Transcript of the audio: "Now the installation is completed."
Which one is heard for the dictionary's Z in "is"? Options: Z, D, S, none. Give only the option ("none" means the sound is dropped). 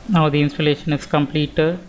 S